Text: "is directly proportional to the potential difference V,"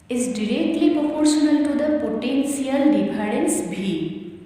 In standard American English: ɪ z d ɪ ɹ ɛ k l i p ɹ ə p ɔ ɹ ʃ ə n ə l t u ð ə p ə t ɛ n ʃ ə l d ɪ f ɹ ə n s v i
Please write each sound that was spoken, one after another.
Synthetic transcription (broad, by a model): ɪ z d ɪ ɹ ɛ k l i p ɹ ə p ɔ ɹ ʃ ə n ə l t u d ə p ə t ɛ n s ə l d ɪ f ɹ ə n s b i